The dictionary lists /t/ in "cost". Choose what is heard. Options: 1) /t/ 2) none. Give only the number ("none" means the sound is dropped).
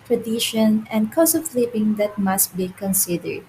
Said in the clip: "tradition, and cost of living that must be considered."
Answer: 2